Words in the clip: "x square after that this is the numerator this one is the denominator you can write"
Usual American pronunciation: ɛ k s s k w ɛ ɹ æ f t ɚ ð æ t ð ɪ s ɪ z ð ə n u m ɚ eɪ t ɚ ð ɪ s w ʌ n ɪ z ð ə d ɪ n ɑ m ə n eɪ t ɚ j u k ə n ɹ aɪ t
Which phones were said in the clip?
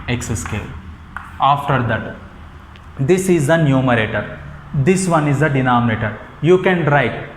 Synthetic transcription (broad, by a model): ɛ k s s k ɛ l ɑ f t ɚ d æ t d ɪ s ɪ z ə n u m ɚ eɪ t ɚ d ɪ s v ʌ n ɪ z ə d ɪ n ɑ m ə n eɪ t ɚ j u k ə n ɹ aɪ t